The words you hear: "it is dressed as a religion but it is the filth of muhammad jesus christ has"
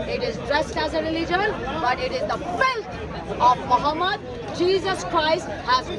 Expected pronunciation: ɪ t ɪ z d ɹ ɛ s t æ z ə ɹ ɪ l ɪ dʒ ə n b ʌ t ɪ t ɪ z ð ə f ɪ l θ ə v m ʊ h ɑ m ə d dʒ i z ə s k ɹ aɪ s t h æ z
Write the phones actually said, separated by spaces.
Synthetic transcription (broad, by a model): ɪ t ɪ z d ɹ ɛ s t æ z ə ɹ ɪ l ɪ dʒ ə l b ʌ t ɪ t ɪ z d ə f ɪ l t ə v m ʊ h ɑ m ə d dʒ i z ə s k ɹ aɪ s t h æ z